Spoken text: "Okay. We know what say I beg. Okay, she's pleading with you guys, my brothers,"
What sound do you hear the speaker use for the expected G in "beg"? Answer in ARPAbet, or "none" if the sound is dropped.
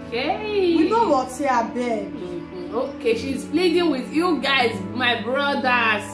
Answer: none